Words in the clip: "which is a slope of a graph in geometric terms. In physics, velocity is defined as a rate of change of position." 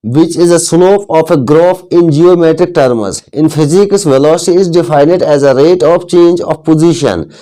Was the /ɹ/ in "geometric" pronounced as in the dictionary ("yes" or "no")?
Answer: yes